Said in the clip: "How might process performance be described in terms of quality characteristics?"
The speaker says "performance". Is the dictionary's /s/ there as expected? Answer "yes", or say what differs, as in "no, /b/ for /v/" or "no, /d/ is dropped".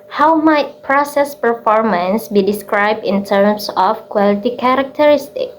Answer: yes